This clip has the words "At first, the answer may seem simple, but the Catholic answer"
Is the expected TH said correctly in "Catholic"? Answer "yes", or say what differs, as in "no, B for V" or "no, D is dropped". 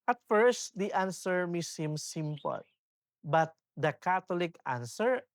no, T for TH